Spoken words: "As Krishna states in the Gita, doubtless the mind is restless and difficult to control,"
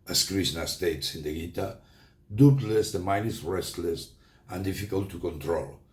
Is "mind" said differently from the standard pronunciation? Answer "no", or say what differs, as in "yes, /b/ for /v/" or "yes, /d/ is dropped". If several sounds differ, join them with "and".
yes, /d/ is dropped